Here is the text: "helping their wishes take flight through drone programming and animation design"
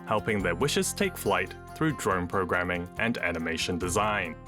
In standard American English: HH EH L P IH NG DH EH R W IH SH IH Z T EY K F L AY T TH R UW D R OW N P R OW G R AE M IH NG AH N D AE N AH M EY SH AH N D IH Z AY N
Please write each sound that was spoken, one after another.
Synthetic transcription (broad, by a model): HH EH L P IH NG DH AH R W IH SH IH Z T EY K F L AY T TH R UW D R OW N P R OW G R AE M IH NG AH N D AE N AH M EY SH AH N D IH Z AY N